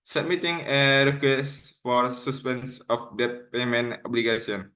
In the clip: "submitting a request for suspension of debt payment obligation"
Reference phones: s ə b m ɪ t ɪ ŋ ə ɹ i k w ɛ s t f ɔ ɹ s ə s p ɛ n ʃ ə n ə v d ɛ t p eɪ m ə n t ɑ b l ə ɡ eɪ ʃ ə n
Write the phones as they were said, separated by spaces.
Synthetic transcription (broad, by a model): s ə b m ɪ t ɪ ŋ ə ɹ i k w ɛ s f ɔ ɹ s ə s p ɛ n s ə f d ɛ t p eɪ m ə n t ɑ b l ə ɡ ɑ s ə n